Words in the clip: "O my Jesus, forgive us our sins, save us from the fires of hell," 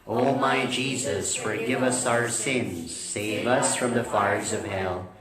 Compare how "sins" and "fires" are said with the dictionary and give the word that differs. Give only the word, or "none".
none